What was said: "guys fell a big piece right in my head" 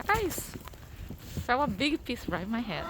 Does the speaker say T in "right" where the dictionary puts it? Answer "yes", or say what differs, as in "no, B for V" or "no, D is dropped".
no, T is dropped